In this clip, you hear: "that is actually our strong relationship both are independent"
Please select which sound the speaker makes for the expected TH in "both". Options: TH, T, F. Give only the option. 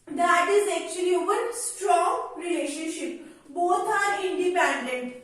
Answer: T